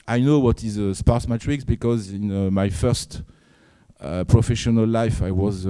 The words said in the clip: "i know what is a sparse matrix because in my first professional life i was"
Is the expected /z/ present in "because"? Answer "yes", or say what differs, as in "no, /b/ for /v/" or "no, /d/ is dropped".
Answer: yes